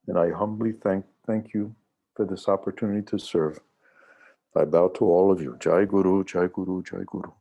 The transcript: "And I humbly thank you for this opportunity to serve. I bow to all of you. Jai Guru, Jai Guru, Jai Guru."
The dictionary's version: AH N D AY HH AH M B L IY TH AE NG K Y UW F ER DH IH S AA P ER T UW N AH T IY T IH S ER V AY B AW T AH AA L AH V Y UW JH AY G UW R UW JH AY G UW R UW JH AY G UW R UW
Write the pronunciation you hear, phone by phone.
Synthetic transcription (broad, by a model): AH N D AY HH AH M B L IY TH AE NG K Y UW F ER DH IH S AA P ER T UW N AH T IY T IH S ER V AY B AW T AH AA L AH V Y UW JH AY G UW R UW JH AY G UW R UW JH AY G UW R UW